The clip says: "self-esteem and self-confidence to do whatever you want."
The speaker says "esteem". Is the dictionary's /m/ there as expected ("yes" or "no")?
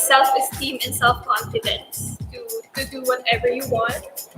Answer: yes